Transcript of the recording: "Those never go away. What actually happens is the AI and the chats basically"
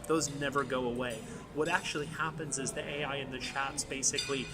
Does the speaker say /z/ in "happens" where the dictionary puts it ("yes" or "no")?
yes